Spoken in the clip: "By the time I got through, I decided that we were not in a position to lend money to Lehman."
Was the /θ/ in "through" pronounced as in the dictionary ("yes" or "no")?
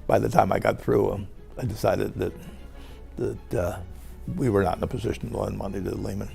yes